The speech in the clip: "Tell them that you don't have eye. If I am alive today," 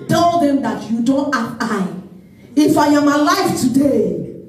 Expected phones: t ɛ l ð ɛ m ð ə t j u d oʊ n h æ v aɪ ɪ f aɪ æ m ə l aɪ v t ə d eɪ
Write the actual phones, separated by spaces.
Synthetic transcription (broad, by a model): t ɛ l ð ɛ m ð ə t j u d oʊ n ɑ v aɪ ɪ f aɪ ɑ m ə l aɪ f t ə d eɪ